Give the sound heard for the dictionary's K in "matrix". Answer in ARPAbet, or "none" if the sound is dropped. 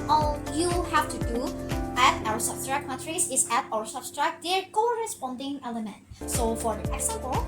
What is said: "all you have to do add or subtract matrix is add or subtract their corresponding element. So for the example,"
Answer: none